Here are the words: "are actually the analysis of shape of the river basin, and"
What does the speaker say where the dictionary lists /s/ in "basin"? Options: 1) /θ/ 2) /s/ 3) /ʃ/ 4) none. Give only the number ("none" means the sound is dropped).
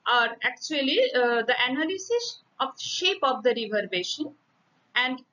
3